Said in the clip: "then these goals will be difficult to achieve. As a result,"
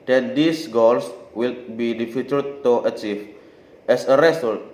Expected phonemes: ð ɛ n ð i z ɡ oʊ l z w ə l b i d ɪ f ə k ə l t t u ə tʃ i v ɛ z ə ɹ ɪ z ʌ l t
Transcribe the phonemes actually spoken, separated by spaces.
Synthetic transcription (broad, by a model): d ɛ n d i s ɡ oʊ l s w ə l b i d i f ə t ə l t t u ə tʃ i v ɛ s ə ɹ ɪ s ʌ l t